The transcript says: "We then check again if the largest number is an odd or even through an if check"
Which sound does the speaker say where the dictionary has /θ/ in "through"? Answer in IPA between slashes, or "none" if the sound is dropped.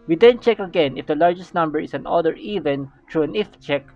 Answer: /t/